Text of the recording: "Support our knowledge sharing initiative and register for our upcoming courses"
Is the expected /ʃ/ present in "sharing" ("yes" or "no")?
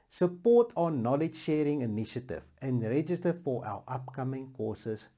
yes